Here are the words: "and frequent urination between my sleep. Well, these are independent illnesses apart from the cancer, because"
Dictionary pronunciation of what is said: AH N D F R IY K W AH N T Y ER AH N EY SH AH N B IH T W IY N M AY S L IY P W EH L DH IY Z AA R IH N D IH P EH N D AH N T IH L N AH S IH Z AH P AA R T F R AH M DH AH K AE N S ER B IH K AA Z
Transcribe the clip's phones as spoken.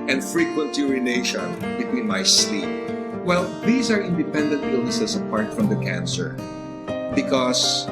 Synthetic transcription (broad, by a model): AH N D F R IY K W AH N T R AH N EY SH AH N B IH T W IY N M AY S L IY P W EH L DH IY S AA R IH N D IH P EH N D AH N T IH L N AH S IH S AH P AA R T F R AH M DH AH K AE N S ER B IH K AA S